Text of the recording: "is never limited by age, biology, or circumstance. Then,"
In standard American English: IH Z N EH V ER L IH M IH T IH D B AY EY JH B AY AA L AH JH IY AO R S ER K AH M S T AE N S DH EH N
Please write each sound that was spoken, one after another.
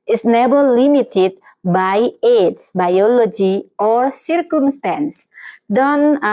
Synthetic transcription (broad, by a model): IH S N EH B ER L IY M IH T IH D B AY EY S B AY AA L AH JH IY AO R S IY K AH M S T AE N S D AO N